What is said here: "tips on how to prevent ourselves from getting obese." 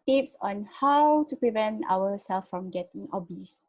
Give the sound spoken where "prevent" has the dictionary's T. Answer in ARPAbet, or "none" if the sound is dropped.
T